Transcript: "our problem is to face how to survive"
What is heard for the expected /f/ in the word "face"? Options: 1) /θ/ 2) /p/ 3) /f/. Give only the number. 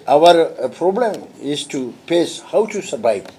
2